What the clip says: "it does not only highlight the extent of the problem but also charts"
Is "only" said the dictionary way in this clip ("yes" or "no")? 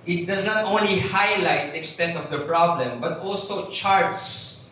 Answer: yes